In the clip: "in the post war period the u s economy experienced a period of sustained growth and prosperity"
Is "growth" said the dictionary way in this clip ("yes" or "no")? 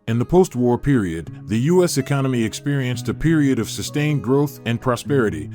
yes